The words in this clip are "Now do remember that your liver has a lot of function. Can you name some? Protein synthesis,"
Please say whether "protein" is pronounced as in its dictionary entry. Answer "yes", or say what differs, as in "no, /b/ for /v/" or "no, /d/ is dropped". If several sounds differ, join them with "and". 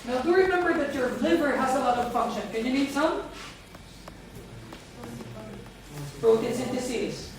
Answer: no, /b/ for /p/